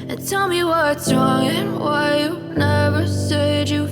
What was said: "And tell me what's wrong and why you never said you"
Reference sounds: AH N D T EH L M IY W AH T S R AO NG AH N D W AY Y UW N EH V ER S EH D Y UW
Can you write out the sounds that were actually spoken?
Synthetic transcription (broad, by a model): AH N T EH L M IY W AH T S R AO NG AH N W AY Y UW N EH V ER S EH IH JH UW